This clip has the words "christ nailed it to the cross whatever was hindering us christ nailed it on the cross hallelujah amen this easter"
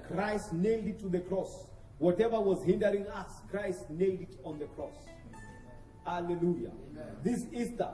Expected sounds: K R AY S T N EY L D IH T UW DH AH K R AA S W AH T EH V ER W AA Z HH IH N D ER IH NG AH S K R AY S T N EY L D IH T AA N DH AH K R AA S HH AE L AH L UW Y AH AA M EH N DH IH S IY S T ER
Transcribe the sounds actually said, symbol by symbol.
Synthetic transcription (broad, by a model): K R AY S T N EY L D IH T UW DH AH K R AA S W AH T EH V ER W AA Z HH IH N D ER IH NG AH S K R AY S T N EY L D IH T AA N DH AH K R AA S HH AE L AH L UW Y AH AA DH IH S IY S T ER